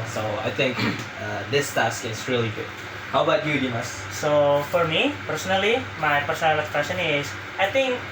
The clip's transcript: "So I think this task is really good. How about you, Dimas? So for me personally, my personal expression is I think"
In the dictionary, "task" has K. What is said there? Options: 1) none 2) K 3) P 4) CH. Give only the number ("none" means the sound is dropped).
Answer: 2